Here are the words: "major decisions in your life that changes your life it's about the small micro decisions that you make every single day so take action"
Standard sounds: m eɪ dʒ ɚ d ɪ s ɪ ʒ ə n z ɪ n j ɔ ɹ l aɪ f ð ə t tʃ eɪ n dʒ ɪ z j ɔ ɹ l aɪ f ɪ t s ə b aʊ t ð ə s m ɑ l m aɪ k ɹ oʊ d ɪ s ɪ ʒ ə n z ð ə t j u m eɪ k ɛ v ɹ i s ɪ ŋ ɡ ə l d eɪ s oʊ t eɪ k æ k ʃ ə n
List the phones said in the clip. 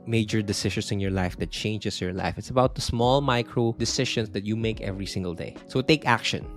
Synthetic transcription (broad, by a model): m eɪ dʒ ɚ d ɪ s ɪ ʃ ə n s ɪ n j ɔ ɹ l aɪ f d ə t tʃ eɪ n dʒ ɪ s j ɔ ɹ l aɪ f ɪ t s ə b aʊ t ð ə s m ɑ l m aɪ k ɹ oʊ d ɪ s ɪ ʃ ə n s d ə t j u m eɪ k ɛ v ɹ i s ɪ ŋ ɡ ə l d eɪ s oʊ t eɪ k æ k ʃ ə n